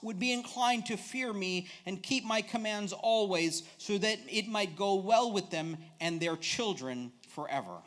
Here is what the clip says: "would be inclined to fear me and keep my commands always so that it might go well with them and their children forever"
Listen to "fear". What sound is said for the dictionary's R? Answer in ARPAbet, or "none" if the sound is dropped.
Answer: R